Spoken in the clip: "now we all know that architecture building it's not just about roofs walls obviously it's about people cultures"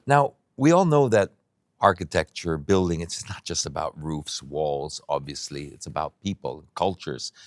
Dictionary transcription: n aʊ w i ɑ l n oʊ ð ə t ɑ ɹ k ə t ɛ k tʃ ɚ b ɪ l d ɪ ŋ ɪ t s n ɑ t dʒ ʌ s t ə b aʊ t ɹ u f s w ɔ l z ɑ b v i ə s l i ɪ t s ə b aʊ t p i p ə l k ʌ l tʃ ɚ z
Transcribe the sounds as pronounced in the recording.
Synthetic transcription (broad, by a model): n aʊ w i ɑ l n oʊ ð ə t ɑ ɹ k ə t ɛ k tʃ ɚ b ɪ l d ɪ ŋ ɪ t s n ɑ t dʒ ʌ s t ə b aʊ t ɹ u f s w ɔ l z ɑ b v i ə s l i ɪ t s ə b aʊ t p i p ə l k ʌ l tʃ ɚ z